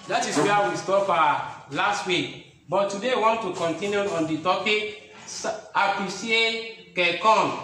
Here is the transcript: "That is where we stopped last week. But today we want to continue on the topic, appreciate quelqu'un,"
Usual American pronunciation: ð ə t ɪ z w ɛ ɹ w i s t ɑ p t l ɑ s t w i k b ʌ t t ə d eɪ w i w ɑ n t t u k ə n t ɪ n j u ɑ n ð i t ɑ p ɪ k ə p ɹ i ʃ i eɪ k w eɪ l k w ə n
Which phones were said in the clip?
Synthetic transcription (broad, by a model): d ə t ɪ s w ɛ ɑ w i s t ɑ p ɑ l ɑ s t w i k b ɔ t t ə d eɪ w w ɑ n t t u k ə n t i n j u ɑ n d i t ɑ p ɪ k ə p i s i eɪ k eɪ k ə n